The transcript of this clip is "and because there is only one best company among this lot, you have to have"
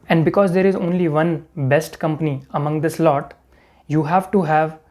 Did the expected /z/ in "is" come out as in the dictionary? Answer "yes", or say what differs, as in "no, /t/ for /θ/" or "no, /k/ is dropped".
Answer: yes